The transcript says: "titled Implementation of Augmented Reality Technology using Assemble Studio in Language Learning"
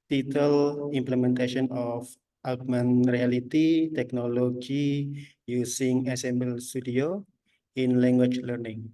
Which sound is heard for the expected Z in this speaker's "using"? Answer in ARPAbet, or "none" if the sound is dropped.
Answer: S